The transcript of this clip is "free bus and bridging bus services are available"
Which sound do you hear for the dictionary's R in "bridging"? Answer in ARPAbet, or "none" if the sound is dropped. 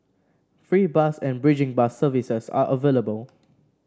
R